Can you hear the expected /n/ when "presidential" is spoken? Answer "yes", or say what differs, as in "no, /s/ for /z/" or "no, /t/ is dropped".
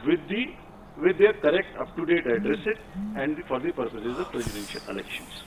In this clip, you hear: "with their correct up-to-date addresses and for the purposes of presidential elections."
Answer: no, /n/ is dropped